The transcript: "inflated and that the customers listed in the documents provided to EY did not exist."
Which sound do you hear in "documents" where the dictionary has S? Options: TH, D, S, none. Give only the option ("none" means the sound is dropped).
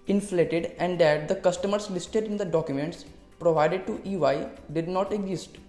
S